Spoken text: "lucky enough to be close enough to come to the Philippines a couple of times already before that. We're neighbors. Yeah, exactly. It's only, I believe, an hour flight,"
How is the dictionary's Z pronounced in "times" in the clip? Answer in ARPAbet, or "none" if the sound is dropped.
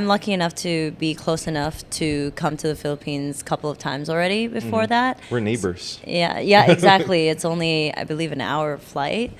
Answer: Z